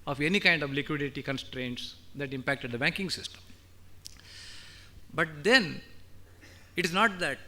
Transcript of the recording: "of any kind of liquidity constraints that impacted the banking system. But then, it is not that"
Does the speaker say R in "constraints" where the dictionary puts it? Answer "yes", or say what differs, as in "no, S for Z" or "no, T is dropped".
yes